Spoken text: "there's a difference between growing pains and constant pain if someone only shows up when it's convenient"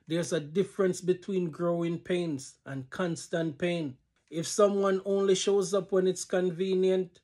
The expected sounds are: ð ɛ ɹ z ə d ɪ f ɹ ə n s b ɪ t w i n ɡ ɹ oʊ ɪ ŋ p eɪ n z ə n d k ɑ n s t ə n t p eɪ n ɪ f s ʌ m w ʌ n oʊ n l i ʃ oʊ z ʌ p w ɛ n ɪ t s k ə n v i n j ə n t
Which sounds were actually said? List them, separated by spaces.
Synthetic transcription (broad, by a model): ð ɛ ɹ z ə d ɪ f ɹ ə n s b ɪ t w i n ɡ ɹ oʊ ɪ ŋ p eɪ n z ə n k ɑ n s t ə n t p eɪ n ɪ f s ʌ m w ʌ n oʊ n l i ʃ oʊ z ʌ p w ɛ n ɪ t s k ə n v i n j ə n t